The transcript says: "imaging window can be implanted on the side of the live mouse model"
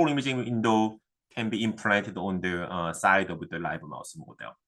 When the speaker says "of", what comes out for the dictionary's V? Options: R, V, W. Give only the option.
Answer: W